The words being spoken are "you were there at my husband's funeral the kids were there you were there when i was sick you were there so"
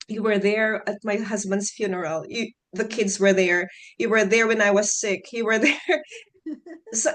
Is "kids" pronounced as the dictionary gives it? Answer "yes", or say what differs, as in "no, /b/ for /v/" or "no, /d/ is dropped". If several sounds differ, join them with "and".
yes